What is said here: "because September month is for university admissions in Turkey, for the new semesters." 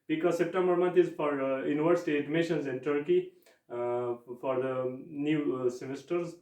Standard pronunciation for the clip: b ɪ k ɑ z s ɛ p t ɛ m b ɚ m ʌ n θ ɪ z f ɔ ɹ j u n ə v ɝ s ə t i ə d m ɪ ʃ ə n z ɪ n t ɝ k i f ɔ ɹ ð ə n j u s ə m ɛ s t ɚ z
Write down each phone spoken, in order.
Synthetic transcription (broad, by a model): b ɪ k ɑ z s ɛ p t ɛ m b ɚ m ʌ n t ɪ z f ɔ ɹ j u n ə v ɝ s ə t i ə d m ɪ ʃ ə n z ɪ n t ɝ k i f ɔ ɹ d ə n j u s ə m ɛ s t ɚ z